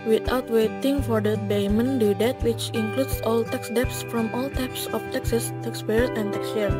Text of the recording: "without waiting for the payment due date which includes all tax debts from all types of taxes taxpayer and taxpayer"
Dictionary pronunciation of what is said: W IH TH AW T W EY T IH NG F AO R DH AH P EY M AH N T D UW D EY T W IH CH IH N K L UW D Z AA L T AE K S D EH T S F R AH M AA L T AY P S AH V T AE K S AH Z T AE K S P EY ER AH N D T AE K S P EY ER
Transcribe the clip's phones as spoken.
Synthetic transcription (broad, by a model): W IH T AW T W EY T IH NG F AO R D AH B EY M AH N D UW D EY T W IH CH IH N K L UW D S AA L T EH K S D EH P S F R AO M AA L T AY P S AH F T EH K S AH S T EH K S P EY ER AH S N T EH K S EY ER